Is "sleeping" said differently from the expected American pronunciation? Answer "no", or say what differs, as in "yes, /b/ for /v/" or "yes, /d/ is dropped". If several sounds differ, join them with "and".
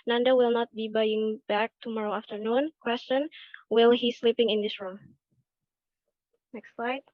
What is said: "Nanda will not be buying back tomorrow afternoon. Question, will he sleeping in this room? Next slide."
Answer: no